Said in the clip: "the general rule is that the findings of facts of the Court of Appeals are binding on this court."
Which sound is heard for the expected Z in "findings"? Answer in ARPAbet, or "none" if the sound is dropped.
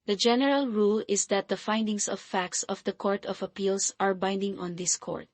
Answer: S